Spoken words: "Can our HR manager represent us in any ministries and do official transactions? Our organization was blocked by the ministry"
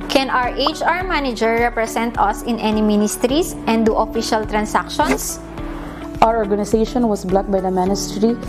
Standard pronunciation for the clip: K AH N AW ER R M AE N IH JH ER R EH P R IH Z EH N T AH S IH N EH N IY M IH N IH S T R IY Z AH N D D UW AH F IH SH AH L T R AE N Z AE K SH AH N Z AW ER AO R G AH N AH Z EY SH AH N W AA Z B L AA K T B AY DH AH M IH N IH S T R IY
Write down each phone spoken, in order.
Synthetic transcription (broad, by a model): K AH N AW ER R M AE N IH JH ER R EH P R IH S EH N T AH S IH N EH N IY M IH N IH S T R IY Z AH N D D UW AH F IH SH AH L T R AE N S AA K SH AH N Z AW ER AO R G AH N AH S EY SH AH N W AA S B L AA T B AY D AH M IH N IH S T R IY